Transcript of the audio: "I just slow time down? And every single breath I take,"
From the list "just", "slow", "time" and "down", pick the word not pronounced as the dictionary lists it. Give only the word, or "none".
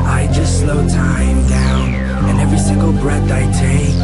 none